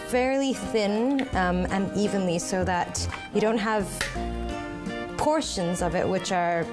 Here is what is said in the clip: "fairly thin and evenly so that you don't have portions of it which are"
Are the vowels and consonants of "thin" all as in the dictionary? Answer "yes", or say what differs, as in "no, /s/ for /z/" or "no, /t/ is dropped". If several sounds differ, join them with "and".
yes